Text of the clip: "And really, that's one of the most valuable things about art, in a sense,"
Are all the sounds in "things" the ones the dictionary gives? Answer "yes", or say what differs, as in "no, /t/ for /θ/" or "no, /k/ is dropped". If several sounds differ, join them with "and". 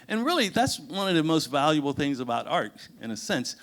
yes